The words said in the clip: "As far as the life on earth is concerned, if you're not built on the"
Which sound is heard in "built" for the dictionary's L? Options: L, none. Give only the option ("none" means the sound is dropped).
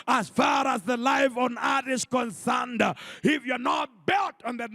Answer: L